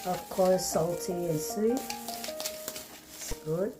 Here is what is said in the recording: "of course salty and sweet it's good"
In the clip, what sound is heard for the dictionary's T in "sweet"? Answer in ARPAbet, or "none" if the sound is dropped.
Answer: none